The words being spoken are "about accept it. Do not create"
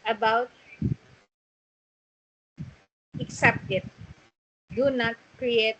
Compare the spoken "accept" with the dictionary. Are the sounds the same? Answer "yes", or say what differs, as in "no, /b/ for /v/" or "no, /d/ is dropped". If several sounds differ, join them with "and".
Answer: yes